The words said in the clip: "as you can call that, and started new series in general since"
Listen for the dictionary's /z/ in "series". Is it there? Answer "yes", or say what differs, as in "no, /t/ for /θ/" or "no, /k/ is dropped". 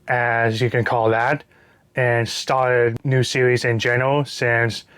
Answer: yes